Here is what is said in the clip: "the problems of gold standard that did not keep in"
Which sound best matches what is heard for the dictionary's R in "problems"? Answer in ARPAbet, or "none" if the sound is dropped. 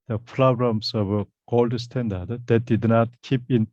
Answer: L